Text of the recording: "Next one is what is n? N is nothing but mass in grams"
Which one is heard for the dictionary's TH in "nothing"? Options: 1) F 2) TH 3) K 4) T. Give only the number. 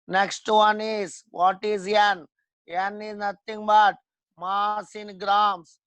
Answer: 4